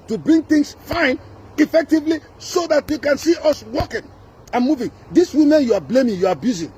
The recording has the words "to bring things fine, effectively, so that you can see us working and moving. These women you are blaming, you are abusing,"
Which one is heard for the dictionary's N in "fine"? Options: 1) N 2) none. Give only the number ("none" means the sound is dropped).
1